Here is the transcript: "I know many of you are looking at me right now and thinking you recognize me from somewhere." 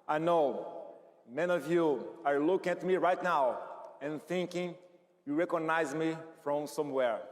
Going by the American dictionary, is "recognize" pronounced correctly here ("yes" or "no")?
yes